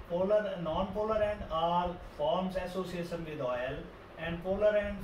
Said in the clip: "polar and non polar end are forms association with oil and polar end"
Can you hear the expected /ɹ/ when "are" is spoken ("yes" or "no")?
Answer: no